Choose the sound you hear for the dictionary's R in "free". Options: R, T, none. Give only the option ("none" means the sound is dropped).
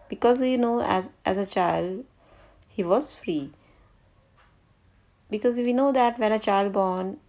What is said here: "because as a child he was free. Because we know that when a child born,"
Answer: R